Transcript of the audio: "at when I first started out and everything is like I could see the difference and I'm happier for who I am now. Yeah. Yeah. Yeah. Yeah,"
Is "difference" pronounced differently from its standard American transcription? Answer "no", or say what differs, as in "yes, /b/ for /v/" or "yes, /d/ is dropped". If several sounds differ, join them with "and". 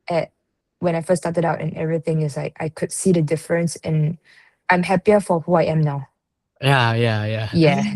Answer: no